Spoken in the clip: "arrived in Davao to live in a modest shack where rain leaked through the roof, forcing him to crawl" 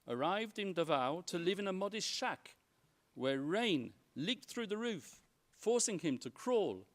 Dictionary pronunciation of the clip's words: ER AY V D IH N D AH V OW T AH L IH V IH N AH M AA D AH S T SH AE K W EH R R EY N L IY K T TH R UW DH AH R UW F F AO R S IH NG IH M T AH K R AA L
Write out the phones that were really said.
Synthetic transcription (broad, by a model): ER AY V D IH N D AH V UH T AH L IH V IH N AH M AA D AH S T SH AE K W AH R R EY N L IY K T TH R UW DH AH R UW F F AO R S IH NG IH M T AH K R AA L